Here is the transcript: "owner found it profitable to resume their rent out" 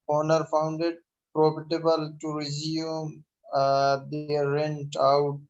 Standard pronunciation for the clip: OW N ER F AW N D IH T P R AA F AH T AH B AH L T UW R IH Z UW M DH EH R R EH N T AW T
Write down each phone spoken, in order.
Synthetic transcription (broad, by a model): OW N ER F AW N D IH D P R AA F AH T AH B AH L T UW R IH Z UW M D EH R R EH N T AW T